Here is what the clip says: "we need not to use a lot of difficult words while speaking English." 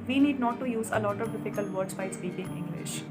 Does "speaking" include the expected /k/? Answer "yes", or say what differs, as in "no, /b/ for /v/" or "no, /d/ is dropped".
no, /k/ is dropped